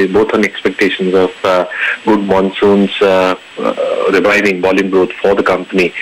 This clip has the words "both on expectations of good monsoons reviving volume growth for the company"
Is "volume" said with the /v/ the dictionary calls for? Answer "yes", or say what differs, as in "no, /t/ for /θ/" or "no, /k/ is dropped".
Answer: no, /b/ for /v/